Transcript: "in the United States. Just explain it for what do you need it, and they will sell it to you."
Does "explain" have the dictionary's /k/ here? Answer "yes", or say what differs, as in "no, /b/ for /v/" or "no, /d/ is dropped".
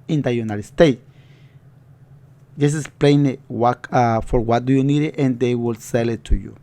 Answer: no, /k/ is dropped